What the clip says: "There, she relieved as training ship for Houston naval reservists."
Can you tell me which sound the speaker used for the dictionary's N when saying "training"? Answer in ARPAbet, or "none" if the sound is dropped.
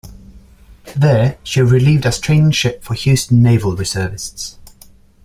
N